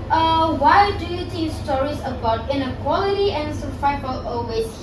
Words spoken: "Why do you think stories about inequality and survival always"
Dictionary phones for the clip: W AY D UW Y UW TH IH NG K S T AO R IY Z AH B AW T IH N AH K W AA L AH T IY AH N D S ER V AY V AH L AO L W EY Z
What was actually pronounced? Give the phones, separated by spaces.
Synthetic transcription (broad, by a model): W AY D UW Y UW T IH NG S T AO R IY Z AH B AW T IH N AH K W AA L AH T IY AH N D S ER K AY F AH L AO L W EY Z